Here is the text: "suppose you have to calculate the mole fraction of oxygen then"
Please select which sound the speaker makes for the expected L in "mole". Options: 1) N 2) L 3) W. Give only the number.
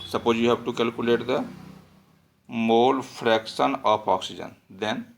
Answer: 2